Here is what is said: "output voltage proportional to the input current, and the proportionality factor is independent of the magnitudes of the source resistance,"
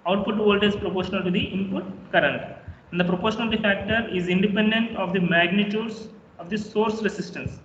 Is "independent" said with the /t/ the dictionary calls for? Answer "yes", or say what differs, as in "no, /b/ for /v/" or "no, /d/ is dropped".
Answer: yes